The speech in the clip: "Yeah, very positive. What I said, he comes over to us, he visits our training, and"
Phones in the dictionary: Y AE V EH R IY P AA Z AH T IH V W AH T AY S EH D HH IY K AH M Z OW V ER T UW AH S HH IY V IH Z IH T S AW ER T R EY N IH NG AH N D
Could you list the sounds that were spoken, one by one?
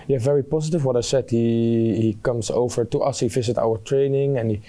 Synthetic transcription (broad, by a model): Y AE V EH R IY P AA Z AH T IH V W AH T AY S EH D HH IY K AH M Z OW V ER T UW AH S HH IY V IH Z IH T AW ER T R EY N IH NG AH N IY